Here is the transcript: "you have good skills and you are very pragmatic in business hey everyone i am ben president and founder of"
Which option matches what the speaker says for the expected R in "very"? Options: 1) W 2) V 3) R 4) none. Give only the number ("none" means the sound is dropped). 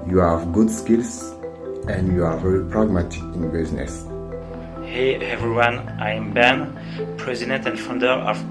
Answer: 3